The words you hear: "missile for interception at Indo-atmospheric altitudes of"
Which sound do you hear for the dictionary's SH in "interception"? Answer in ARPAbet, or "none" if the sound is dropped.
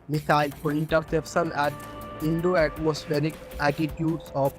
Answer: S